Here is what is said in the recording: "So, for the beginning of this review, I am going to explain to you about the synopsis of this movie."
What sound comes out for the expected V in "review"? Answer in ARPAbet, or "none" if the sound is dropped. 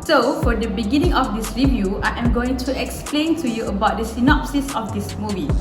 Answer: V